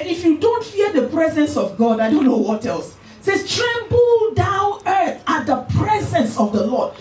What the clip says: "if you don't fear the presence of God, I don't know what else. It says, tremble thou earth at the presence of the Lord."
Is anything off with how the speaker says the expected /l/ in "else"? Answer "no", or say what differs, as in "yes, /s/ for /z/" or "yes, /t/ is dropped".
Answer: no